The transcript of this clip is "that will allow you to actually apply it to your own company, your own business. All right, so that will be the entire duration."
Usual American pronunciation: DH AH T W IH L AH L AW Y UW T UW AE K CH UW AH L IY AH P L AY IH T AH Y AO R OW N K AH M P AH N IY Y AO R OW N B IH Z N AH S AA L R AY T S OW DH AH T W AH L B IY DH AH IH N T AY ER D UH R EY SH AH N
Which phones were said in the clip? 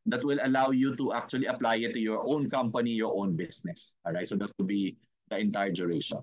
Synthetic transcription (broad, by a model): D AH T W IH L AH L AW Y UW T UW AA K CH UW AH L IY AH P L AY IH T AH Y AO R OW N K AH M P AH N IY Y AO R OW N B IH S N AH S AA R AY T S OW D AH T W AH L B IY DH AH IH N T AY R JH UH R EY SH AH N